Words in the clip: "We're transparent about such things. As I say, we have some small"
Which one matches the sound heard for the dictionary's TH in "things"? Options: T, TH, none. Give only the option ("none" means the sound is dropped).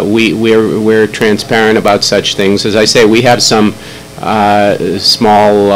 TH